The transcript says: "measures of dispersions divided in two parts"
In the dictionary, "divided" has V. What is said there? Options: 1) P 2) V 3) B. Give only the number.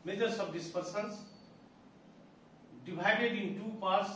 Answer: 3